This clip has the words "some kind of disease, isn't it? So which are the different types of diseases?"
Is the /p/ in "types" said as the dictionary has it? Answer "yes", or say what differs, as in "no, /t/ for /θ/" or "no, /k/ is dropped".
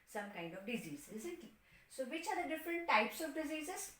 yes